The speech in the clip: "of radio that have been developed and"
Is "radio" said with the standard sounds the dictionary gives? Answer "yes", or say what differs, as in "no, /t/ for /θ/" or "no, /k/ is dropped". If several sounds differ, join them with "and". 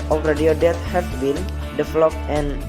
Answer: yes